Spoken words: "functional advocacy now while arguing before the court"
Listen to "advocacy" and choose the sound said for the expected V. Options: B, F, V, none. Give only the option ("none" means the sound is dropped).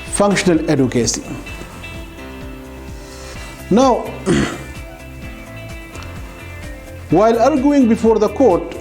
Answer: none